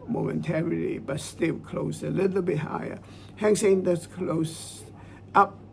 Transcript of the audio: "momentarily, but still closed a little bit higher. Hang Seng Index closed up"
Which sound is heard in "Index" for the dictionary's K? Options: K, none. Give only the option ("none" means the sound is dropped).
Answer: none